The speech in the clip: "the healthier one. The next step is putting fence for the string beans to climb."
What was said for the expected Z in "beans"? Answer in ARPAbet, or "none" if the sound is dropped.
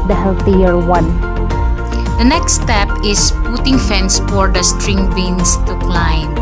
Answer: S